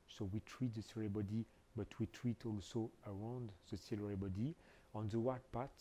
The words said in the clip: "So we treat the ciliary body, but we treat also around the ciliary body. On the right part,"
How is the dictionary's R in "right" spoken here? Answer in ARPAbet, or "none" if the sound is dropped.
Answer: W